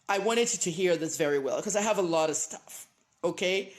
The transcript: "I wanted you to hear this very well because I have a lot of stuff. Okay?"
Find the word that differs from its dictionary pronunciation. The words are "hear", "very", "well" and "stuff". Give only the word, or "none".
none